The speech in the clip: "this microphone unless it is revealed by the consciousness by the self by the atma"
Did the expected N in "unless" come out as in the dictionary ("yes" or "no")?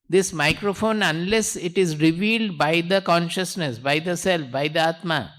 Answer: yes